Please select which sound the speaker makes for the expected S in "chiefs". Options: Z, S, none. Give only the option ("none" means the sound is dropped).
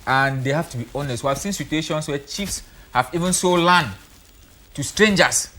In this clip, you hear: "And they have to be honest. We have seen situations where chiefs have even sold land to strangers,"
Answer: S